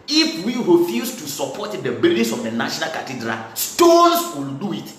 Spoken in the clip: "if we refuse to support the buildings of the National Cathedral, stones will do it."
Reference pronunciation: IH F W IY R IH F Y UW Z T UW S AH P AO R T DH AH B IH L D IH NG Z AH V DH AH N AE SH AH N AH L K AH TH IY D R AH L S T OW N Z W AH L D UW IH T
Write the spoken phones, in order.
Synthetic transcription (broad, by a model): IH F W IY R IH F Y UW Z T UW S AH P AO T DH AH B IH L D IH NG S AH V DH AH N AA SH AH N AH L K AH T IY D R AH L S T OW N S W AH L D UW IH T